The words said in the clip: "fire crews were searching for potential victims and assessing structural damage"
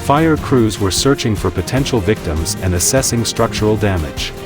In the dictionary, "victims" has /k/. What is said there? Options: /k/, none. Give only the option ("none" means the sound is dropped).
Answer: /k/